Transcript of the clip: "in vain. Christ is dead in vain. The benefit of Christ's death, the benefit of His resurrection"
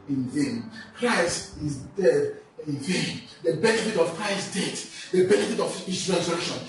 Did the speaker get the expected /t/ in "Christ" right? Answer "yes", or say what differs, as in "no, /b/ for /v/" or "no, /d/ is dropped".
yes